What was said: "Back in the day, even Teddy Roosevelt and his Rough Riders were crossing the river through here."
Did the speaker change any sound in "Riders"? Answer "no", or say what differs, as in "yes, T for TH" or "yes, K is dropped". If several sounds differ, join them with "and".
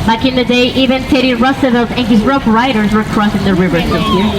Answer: no